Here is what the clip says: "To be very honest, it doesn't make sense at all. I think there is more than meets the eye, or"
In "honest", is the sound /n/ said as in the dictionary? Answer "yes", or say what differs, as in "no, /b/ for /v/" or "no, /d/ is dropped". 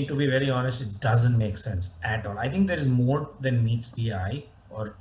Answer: yes